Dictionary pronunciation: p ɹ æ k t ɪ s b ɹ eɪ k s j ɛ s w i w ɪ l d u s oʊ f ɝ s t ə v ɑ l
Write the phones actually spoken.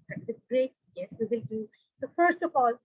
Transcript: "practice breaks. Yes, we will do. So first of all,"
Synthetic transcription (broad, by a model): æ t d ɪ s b ɹ eɪ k j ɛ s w i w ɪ l d u s oʊ f ɝ s t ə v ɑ l